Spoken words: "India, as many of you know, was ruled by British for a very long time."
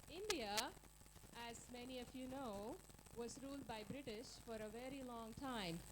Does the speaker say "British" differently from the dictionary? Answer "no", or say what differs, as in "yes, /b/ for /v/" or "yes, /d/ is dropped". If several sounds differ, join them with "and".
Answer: no